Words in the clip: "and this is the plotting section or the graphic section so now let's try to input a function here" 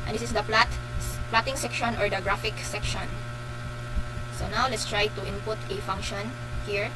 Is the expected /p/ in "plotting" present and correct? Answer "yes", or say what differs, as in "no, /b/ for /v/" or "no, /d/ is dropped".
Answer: yes